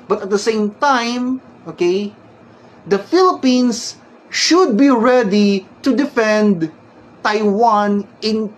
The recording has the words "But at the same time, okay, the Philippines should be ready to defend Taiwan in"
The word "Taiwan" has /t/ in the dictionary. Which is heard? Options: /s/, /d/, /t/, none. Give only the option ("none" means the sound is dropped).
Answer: /t/